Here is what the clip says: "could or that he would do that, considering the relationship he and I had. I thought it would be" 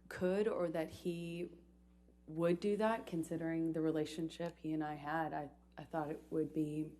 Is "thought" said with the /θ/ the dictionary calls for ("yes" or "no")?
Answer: yes